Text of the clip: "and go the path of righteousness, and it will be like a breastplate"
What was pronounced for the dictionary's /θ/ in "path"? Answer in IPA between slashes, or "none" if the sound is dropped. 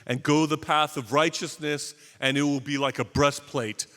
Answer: /θ/